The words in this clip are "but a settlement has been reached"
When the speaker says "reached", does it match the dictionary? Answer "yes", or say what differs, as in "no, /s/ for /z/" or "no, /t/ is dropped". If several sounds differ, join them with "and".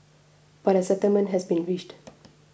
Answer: no, /ʃ/ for /tʃ/